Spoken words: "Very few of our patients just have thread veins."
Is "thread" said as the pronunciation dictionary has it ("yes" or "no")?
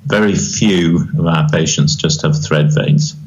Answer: yes